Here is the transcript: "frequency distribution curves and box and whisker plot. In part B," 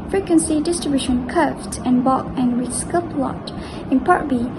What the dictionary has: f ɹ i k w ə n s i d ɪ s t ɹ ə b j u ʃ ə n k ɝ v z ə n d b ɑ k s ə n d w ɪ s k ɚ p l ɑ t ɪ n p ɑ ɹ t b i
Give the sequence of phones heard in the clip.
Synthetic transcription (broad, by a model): f ɹ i k w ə n s i d ɪ s t ɹ ə b j u ʃ ə n k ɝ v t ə n b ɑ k ə n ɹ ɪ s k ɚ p l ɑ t ɪ n p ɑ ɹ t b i